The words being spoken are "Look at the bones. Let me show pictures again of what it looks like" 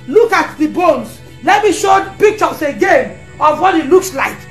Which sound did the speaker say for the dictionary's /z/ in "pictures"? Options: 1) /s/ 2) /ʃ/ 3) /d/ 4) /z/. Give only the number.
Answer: 1